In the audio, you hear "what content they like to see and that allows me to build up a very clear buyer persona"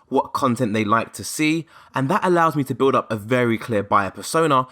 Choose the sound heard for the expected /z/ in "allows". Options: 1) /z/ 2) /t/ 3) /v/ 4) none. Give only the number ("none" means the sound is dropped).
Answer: 1